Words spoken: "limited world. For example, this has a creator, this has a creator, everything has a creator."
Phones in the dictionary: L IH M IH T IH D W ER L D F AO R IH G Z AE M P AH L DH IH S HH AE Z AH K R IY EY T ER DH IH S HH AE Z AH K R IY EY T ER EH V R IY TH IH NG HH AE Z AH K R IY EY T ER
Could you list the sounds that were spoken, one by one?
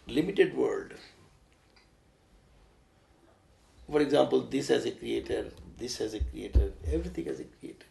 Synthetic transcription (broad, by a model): L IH M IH T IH D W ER L D F AO R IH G Z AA M P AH L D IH S HH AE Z AH K R IY EY T ER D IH S HH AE Z AH K R IY EY T ER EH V R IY T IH NG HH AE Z AH K R IY EY T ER